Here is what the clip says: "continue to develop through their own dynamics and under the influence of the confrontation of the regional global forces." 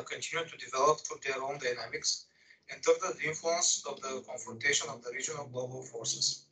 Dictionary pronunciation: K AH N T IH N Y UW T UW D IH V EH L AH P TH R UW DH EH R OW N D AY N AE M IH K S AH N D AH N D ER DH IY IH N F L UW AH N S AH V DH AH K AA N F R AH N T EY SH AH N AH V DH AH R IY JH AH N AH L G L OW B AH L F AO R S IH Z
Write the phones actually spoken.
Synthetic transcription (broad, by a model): K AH N T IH N Y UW T UW D IH V EH L AH P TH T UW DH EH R OW N D AY N AE M IH K S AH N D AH D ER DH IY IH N F L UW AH N S AH V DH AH K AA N F R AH N T EY SH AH N AH V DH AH R IY JH AH N AH L G L OW B AH L F AO R S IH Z